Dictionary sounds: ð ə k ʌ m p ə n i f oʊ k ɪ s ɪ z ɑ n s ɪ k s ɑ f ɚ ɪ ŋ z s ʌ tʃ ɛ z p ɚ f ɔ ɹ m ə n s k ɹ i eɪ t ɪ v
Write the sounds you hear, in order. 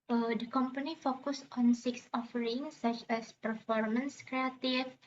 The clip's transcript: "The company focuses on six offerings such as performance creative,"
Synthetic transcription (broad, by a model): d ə k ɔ m p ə n i f oʊ k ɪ s ɑ n s ɪ k s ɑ f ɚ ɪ ŋ s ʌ tʃ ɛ s p ɚ f ɔ ɹ m ə n s k ɹ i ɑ t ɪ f